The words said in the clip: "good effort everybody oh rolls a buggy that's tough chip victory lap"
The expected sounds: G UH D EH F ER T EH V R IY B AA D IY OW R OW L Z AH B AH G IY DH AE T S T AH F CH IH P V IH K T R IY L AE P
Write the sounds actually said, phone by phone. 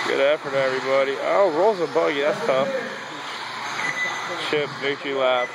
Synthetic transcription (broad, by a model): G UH D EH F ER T EH V R IY B AA D IY OW R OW Z AH B AH G IY DH AE T S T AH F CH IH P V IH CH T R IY L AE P